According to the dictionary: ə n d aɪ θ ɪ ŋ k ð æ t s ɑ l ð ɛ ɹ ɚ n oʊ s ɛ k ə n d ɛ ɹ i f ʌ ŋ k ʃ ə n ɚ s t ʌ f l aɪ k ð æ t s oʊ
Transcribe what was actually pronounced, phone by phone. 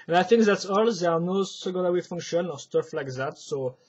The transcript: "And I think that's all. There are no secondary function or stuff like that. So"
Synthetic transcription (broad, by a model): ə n aɪ θ ɪ ŋ k ð æ t s ɑ l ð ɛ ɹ n oʊ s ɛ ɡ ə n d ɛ w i f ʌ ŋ k ʃ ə n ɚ s t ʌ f l aɪ k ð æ t s oʊ